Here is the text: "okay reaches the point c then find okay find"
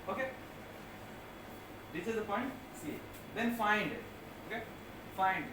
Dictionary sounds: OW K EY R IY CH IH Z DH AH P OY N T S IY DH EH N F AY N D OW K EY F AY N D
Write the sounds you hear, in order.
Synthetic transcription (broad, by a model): OW K EY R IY S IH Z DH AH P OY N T S IY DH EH N F AY N D OW K EY F AY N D